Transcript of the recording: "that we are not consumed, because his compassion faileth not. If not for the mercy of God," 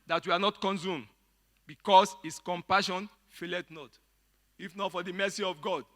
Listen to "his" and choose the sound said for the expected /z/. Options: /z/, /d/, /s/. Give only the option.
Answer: /s/